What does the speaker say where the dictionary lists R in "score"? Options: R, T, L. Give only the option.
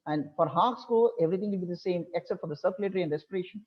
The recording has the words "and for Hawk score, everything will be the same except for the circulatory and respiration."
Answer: L